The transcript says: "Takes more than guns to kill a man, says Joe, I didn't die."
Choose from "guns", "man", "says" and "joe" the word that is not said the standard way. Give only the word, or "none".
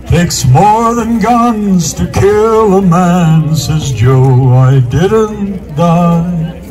none